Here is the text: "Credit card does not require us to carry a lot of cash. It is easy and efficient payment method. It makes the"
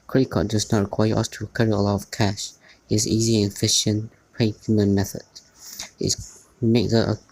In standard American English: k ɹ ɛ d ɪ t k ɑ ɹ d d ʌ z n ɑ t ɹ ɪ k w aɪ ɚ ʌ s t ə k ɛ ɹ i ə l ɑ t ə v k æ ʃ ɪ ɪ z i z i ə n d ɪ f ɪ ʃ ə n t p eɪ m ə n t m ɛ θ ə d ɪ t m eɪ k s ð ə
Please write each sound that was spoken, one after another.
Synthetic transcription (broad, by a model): k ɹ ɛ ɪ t k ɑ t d d ʌ z n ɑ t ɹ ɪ k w aɪ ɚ ʌ s t ə k ɛ ɹ i ə l ɑ t ə v k æ ʃ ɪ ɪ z i z i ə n f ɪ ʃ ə n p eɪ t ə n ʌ m ɛ θ ə d ɪ t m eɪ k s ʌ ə